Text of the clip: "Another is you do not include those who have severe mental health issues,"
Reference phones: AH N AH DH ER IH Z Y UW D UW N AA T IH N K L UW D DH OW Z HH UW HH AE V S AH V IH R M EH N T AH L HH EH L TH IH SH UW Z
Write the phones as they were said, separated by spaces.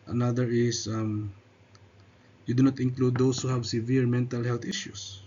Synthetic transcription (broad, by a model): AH N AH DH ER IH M Y UW D UW N AA T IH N K L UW D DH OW S HH UW HH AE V S AH V IH R M EH N T AH L HH EH L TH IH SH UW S